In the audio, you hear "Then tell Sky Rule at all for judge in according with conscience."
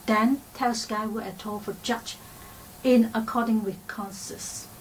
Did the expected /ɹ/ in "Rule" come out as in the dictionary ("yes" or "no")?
no